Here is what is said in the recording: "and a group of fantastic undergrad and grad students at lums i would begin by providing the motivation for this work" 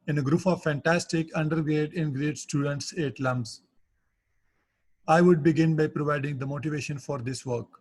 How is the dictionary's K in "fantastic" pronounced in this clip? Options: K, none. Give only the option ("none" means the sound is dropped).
K